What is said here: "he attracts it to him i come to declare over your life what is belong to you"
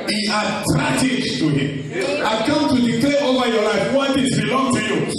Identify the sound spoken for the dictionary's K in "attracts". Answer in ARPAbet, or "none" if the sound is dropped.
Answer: none